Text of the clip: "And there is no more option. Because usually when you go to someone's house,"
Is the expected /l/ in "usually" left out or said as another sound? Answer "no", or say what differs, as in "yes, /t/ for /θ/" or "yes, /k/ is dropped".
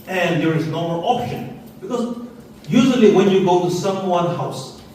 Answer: no